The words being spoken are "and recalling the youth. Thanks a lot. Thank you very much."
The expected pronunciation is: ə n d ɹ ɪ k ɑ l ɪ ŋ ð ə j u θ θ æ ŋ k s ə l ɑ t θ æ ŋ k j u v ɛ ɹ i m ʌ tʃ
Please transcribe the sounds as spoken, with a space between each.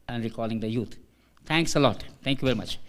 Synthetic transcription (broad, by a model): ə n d ɹ ɪ k ɑ l ɪ ŋ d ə j u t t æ ŋ k s ə l ɑ t t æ ŋ k j u v ɛ ɹ i m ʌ tʃ